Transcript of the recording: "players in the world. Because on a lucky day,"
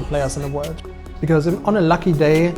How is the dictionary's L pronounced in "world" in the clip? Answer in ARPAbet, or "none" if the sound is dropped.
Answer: none